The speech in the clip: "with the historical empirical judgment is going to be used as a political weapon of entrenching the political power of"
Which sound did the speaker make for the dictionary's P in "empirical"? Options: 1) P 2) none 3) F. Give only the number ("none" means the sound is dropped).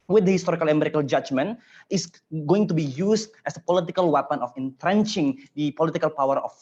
2